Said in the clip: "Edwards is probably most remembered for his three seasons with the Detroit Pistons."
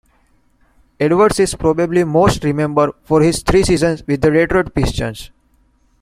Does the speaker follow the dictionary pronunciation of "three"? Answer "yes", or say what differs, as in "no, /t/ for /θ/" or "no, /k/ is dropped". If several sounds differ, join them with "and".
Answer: no, /t/ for /θ/